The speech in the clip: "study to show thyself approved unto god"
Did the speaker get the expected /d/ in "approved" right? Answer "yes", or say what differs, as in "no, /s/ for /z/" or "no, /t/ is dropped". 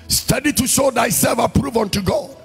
no, /d/ is dropped